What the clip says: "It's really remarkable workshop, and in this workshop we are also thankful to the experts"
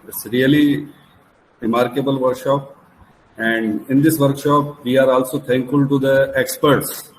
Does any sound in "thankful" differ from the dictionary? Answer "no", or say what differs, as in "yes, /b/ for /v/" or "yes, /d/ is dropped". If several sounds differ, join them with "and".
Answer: yes, /t/ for /θ/